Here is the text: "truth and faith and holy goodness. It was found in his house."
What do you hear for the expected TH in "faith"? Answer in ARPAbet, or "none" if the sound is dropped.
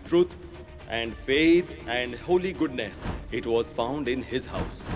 T